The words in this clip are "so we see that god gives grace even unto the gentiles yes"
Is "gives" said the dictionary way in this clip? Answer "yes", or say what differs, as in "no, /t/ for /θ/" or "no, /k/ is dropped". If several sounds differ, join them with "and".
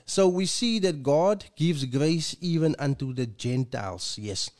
yes